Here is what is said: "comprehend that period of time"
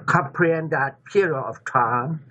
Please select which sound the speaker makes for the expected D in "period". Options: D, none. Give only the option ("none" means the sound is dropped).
none